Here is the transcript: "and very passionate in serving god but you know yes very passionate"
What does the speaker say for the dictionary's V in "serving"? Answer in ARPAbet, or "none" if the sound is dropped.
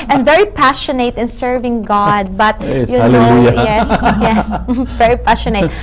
V